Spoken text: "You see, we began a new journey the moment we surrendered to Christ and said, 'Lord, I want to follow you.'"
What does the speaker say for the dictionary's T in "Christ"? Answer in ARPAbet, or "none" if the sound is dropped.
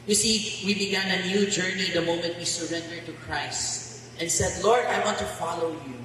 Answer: T